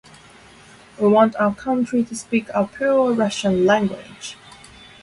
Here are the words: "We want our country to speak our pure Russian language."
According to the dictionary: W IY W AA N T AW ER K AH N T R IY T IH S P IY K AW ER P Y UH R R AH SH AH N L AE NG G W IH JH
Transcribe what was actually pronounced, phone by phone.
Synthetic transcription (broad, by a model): W IY W AA N T AW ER K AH N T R IY T IH S P IY K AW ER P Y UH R R AH SH AH N L AE NG G W IH JH